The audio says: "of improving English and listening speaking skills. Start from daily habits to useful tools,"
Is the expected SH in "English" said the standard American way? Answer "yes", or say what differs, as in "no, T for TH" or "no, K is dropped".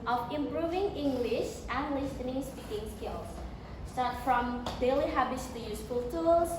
yes